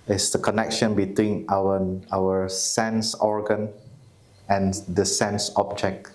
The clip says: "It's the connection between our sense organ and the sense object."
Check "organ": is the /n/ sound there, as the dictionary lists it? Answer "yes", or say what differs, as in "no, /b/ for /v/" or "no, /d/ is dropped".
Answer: yes